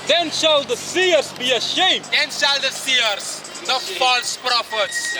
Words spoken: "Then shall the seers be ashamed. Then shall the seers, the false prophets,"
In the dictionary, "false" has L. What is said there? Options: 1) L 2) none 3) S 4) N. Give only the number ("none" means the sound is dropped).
1